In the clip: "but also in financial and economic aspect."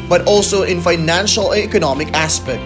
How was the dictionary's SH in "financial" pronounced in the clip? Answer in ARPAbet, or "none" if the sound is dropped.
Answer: SH